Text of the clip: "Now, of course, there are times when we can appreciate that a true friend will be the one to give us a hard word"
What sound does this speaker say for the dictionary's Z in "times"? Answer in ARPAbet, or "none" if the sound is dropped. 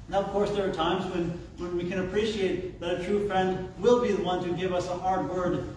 Z